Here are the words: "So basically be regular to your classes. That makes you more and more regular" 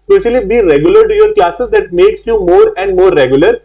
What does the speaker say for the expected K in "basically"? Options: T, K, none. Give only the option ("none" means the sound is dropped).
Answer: none